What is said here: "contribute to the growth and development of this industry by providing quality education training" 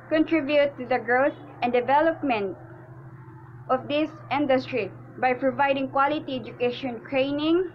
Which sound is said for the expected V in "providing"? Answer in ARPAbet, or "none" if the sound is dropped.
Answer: V